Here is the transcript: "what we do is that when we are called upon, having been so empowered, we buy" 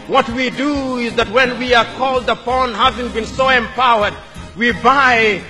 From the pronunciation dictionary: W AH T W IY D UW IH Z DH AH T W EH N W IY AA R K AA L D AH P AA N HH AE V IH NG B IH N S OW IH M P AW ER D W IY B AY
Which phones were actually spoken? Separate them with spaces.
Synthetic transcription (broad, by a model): W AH T W IY D UW IH Z DH AH T W EH N W IY AA R K AA L D AH P AA N HH AE V IH NG B IH N S OW IH M P AW ER D W IY B AY